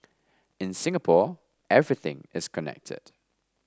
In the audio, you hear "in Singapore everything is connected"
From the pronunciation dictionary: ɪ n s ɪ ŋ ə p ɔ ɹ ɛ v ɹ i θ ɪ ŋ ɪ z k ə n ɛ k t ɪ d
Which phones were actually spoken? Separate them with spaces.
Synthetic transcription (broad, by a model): ɪ n s ɪ ŋ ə p ɔ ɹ ɛ v ɹ i θ ɪ ŋ ɪ z k ə n ɛ k t ɪ d